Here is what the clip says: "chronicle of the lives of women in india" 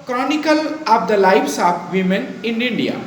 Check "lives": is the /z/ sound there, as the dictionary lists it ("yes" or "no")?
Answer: no